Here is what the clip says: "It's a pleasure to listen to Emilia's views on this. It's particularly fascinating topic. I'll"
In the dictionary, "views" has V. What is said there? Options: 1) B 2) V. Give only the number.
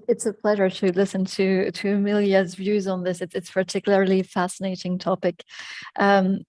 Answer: 2